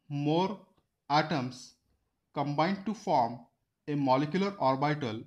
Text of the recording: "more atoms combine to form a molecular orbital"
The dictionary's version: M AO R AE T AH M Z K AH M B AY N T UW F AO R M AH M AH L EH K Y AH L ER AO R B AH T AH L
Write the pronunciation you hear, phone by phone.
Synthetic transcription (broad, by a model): M AO R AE T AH M S K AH M B AY N T UW F AO R M AH M AH L EH K Y AH L ER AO R B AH T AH L